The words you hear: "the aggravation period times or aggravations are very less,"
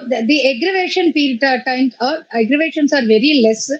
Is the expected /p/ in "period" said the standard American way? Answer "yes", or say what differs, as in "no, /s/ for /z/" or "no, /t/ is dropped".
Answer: no, /f/ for /p/